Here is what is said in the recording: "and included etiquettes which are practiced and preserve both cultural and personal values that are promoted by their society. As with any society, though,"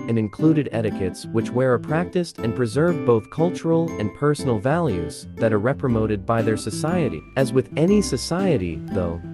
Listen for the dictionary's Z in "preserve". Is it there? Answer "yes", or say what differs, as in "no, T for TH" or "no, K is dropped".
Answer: yes